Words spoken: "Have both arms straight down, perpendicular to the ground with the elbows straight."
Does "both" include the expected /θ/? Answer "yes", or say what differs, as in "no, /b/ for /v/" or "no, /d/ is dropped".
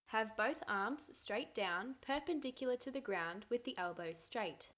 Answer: yes